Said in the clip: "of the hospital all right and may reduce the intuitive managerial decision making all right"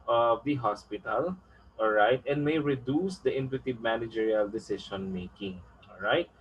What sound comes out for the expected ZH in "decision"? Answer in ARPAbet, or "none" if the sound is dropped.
SH